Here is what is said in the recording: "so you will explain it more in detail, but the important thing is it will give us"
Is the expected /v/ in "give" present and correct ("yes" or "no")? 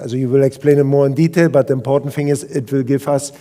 no